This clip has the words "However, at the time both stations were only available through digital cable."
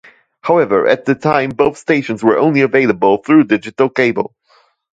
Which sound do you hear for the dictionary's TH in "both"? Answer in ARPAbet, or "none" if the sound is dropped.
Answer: TH